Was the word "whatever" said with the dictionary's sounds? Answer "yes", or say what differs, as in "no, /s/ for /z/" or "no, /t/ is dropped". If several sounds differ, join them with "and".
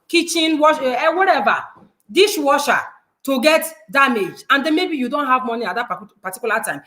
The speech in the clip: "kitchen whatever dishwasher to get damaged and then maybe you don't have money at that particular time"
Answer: no, /w/ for /v/